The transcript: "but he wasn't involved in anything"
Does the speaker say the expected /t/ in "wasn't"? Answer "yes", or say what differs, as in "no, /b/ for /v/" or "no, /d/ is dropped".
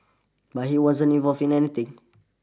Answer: no, /t/ is dropped